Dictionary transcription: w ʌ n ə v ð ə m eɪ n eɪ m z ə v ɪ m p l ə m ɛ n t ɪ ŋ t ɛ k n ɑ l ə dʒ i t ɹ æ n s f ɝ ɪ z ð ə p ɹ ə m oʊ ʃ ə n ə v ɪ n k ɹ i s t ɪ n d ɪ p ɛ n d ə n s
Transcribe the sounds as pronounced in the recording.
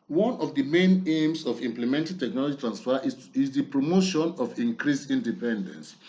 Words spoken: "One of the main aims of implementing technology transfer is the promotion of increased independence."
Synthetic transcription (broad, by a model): w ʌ n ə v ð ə m eɪ n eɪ m s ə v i m p l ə m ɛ n t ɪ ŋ t ɛ k n ɑ l ə dʒ i t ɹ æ n s f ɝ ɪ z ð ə p ɹ ə m oʊ ʃ ə n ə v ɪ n k ɹ i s i n d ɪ p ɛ n d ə n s